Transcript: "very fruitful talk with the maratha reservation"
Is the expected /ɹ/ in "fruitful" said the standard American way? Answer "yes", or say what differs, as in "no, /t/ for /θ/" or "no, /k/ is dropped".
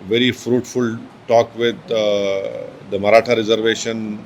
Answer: yes